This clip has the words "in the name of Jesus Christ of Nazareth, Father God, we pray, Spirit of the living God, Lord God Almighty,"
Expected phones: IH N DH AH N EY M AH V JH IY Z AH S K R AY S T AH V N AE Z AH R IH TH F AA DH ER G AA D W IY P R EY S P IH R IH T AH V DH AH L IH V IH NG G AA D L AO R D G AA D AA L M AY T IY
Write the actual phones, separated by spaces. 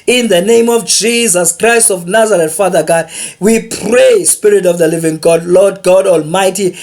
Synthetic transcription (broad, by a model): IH N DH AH N EY M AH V JH IY Z AH S K R AY S T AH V N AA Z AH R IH T F AA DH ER G AA D W IY P R EY S P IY R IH T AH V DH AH L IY V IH NG G AA D L AO D G AA D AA L M AY T IY